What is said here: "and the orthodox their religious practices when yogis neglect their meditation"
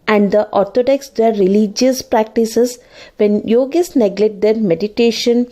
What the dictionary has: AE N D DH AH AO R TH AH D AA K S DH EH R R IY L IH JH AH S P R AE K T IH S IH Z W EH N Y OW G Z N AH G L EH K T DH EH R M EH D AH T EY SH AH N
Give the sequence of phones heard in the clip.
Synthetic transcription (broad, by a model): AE N D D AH AO R T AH D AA K S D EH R R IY L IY JH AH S P R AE K T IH S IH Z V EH N Y OW G S N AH G L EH T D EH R M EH D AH T EY SH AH N